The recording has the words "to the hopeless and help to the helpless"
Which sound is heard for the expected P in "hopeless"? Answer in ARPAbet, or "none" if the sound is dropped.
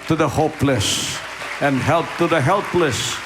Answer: P